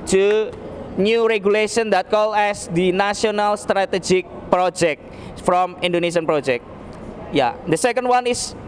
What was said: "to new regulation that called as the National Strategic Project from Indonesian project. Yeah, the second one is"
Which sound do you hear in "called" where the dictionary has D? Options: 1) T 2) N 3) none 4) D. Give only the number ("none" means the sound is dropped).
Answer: 3